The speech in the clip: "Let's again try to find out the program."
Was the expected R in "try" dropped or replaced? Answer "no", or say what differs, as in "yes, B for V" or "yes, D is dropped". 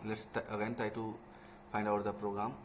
yes, R is dropped